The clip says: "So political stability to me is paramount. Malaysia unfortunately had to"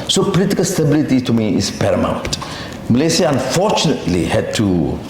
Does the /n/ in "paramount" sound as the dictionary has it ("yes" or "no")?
no